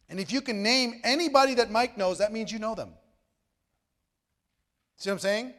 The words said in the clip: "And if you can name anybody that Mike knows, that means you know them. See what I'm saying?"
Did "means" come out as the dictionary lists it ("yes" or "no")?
yes